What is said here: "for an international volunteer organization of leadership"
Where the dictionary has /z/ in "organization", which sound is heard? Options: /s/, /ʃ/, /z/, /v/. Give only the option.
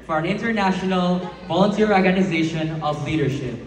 /z/